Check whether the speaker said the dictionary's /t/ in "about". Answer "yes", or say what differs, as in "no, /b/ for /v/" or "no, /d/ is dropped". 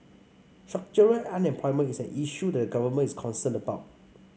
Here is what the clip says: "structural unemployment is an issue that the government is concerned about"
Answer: yes